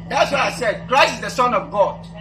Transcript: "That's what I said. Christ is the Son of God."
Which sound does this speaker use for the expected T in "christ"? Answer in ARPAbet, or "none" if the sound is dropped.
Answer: none